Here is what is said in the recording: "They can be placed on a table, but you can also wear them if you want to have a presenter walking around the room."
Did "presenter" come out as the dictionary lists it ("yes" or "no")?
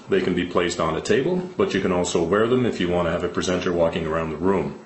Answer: yes